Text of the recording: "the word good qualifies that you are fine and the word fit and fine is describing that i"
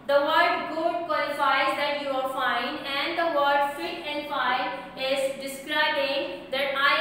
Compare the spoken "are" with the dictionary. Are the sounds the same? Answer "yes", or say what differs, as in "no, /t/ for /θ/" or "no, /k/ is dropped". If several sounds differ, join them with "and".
no, /l/ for /ɹ/